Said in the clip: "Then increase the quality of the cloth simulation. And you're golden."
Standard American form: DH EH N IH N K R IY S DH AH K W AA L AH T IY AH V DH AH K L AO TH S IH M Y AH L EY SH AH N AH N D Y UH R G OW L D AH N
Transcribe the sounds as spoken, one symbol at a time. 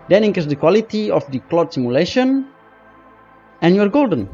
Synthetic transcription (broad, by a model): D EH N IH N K IY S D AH K W AA L AH T IY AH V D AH K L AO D S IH M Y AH L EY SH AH N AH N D Y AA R G OW L D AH N